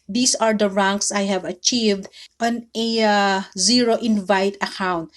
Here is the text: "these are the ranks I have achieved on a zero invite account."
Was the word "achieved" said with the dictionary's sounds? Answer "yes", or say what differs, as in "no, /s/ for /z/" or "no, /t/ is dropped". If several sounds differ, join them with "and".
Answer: yes